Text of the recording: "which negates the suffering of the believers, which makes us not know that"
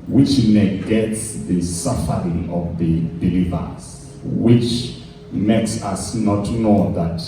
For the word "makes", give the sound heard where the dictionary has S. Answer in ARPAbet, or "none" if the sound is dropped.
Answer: S